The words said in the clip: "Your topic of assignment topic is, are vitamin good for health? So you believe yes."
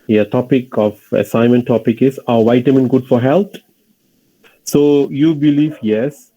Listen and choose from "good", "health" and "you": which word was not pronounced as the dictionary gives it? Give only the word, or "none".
health